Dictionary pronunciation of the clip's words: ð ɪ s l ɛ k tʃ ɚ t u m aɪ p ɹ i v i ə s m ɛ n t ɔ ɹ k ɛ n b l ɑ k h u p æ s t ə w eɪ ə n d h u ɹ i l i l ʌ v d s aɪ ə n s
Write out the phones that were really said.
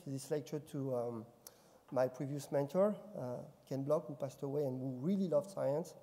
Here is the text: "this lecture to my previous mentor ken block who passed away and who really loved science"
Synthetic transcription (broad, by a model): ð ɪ s l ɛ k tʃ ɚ t u m aɪ p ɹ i v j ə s m ɛ n t ɔ ɹ k ɛ n b l ɑ k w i p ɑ s t ə w eɪ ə n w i ɹ i l i l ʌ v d s aɪ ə n s